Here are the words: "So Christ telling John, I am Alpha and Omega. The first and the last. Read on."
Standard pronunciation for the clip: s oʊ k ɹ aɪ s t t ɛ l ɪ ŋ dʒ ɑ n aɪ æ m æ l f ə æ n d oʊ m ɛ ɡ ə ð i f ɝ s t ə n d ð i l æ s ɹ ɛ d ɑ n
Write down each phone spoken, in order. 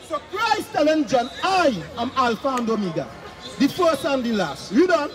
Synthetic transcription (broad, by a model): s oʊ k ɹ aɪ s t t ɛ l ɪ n dʒ ɑ n aɪ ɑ m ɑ l f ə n d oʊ m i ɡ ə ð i f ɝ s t ə n d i l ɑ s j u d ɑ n